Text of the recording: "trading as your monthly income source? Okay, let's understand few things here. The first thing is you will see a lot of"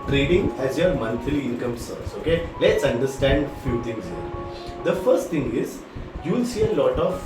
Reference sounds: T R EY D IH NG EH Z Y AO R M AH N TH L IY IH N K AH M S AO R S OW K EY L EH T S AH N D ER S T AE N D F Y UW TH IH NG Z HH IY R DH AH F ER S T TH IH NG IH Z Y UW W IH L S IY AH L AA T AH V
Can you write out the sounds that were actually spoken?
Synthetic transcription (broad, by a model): T R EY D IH NG EH Z Y AO R M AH N F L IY IH N K AH M S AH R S OW K EY L EH T S AH N D ER S T AE N D F Y UW T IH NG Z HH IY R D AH F ER S T T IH NG IH Z Y UW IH L S IY AH L AA T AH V